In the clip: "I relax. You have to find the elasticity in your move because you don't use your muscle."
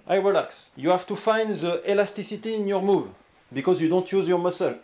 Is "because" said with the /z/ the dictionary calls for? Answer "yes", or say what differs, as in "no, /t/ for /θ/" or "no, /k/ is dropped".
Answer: yes